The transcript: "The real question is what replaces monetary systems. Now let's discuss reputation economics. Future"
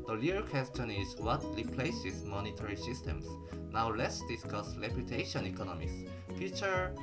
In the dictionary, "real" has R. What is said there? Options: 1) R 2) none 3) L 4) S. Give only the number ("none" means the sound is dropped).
3